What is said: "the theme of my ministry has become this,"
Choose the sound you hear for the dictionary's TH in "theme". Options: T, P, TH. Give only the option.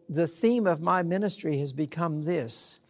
TH